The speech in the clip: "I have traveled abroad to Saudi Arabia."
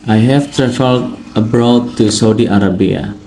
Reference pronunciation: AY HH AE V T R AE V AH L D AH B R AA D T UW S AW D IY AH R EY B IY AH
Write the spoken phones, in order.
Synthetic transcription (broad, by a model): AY HH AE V T R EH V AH L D AH B R AA D T UW S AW D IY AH R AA B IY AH